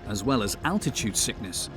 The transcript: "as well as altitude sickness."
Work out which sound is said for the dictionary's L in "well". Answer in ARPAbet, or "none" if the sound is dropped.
L